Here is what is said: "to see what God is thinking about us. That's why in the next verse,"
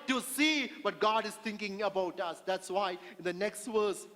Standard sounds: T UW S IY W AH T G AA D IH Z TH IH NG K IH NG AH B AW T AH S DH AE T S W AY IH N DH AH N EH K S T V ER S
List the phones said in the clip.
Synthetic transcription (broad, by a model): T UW S IY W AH T G AA D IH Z T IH NG K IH NG AH B AW T AH S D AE T S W AY IH N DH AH N EH K S T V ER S